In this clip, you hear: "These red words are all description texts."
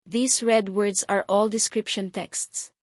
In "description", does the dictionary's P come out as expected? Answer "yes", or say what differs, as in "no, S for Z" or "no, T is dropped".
yes